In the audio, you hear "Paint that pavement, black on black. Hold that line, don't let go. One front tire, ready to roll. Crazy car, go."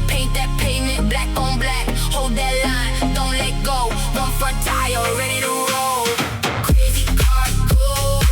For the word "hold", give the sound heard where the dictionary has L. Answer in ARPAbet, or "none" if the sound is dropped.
L